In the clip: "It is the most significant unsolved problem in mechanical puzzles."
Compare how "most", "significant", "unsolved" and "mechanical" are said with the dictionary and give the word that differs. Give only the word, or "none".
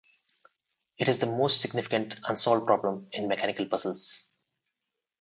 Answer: unsolved